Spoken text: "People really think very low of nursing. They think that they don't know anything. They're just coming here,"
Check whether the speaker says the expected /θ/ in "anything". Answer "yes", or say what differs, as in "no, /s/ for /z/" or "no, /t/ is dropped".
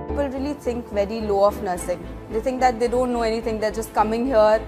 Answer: no, /t/ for /θ/